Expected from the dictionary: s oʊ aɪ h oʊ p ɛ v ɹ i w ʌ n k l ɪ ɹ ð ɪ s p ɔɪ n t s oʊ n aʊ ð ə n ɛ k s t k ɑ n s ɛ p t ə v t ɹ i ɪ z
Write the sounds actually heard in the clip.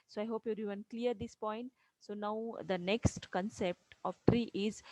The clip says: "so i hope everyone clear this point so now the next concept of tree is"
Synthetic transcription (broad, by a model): s oʊ aɪ h oʊ p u ɹ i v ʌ n k l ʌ ɹ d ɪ s p ɔɪ n t s oʊ n aʊ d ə n ɛ k s t k ɑ n s ɛ p t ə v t ɹ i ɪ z